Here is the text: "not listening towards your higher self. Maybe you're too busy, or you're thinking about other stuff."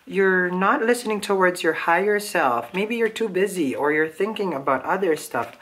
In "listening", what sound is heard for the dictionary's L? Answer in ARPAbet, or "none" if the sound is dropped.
L